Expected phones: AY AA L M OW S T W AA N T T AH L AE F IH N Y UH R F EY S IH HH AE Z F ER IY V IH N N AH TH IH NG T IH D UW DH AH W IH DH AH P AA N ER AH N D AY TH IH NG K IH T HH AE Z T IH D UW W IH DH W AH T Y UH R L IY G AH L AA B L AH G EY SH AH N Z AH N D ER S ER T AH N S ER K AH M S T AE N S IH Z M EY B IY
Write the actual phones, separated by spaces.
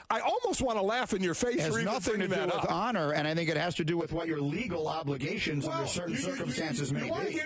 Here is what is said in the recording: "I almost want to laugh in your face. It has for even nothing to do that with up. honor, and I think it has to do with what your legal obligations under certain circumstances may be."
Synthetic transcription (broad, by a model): AY AA L M OW S T W AA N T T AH L AE F IH N Y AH R F EY S IH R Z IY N N AH TH IH NG T IH DH AH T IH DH AA N ER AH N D AY TH IH NG K IH T HH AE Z T IH D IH W IH DH W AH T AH R L IY G L AA B L AH G EY SH AH N Z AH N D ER S ER T N S ER K AH M S T AE N S IH Z M EY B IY